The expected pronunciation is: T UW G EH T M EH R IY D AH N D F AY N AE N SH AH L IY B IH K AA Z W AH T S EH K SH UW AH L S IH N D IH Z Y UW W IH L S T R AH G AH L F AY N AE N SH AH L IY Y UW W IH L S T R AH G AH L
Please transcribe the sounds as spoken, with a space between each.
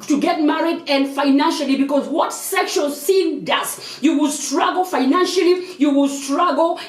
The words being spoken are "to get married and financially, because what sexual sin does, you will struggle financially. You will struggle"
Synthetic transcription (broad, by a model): T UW G EH T M EH R IY D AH N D F AY N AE N SH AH L IY B IH K AA Z W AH T S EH K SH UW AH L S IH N D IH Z Y UW W IH L S T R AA G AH L F AY N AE N SH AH L IY Y UW W IH L S T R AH G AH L